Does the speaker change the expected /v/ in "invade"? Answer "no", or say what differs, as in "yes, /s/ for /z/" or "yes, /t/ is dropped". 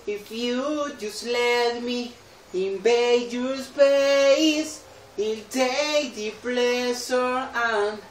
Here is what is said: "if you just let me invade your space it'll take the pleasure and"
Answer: yes, /b/ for /v/